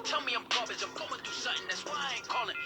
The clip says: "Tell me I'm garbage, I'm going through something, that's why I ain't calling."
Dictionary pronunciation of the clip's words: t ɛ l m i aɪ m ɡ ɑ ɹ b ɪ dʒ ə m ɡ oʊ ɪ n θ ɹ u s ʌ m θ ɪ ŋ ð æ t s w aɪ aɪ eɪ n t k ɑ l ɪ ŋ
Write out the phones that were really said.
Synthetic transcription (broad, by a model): t ɛ l m i aɪ m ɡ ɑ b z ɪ ə m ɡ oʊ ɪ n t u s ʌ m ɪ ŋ ð æ t s w aɪ aɪ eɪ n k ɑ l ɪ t